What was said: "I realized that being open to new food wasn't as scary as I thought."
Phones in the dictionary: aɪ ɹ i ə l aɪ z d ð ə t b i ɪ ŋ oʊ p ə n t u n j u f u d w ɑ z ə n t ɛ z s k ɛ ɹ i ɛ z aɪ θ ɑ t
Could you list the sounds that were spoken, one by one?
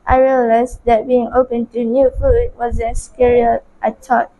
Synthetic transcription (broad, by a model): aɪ ɹ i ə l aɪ s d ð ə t b i ɪ ŋ oʊ p ə n t u n j u f u d w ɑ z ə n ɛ s k ɛ ɹ i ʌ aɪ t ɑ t